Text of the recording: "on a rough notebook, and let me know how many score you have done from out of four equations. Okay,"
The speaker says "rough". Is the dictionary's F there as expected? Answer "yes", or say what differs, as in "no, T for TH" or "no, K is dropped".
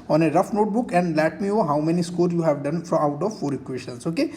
yes